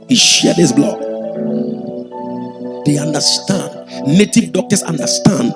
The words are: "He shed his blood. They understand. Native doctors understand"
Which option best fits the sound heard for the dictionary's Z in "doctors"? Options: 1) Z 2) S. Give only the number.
2